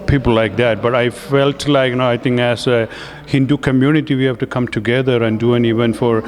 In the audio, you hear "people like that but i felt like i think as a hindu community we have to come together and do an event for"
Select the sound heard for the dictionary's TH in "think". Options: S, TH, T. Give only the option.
T